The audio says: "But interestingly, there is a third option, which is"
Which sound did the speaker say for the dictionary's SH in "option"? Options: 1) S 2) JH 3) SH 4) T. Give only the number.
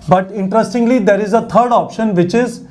3